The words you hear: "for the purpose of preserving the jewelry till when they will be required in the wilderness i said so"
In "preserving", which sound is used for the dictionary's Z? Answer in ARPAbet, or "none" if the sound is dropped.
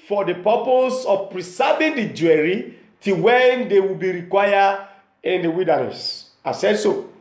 S